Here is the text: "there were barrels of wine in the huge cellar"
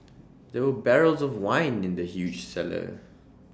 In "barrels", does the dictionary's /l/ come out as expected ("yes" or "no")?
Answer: yes